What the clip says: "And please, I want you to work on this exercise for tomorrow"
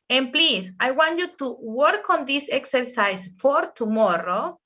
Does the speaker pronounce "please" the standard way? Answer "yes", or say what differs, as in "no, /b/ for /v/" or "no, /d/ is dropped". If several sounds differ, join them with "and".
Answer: no, /s/ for /z/